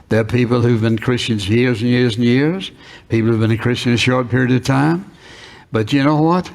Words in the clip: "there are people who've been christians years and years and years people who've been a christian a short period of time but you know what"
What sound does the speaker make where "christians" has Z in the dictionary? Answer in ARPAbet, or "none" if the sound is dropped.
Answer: Z